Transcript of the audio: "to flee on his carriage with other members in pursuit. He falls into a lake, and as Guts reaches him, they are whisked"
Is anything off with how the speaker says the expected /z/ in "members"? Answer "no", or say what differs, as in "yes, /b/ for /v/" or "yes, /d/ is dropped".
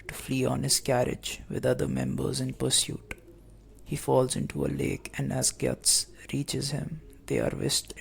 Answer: no